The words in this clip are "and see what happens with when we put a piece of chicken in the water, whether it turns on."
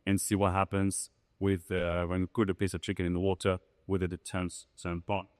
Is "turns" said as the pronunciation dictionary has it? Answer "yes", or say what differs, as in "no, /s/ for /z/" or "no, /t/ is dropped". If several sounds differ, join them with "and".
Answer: no, /s/ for /t/